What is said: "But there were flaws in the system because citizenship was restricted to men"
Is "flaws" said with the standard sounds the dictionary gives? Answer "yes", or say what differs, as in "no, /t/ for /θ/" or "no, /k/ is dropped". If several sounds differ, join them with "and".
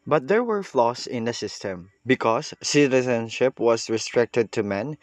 no, /s/ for /z/